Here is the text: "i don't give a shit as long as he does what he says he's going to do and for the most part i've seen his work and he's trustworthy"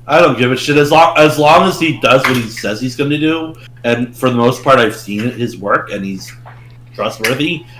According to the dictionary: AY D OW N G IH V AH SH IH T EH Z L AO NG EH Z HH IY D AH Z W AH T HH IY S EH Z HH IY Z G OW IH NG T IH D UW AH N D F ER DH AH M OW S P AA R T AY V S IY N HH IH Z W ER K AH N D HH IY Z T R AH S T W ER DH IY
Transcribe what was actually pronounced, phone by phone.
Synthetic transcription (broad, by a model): AY D OW N G IH V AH SH IH T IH Z L AO NG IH Z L IY D AH Z W AH T HH IY S EH Z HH IY Z G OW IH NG T IH D UW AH N F ER DH AH M OW S P AA R T AY V S IY N HH IH Z W ER K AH N IY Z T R AH S T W ER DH IY